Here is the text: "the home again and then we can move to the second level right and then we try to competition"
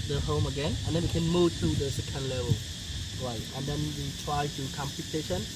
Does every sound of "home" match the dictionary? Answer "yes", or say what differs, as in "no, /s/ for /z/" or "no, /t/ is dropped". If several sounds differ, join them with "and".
yes